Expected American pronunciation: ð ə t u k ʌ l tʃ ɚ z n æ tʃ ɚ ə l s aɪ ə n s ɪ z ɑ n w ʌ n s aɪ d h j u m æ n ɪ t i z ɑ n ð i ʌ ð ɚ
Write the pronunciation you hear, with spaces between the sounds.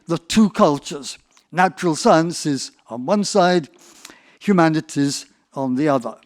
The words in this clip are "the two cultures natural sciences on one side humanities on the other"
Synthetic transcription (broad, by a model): ð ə t u k ʌ l tʃ ɚ z n æ tʃ ɚ ə l s aɪ ə n s ɪ z n w ʌ n s aɪ d h j u m æ n ɪ t i z n ð i ʌ ð ɚ